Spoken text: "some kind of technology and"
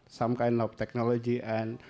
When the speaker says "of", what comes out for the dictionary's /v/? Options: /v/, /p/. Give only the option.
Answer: /p/